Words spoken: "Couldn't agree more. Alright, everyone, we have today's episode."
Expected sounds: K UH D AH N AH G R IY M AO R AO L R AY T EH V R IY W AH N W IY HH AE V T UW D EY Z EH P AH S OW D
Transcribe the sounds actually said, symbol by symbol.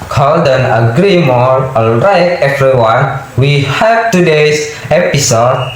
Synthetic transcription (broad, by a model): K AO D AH N AH G R IY M AO R AO L R AY T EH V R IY W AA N W IY HH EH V T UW D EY S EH P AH S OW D